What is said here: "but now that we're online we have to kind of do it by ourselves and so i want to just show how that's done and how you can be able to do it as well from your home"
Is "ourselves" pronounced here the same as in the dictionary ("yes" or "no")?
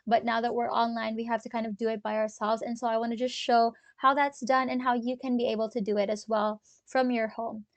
yes